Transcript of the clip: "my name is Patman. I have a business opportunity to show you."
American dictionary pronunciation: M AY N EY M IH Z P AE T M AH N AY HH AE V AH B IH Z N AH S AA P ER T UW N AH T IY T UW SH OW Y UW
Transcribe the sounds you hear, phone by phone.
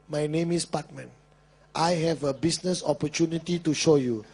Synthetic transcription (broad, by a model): M AY N EY M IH S P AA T M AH N AY HH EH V AH B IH S N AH S AA P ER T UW N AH T IY T UW SH OW Y UW